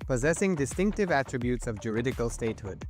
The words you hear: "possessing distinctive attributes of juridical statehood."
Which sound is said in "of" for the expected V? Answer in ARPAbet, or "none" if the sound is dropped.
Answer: V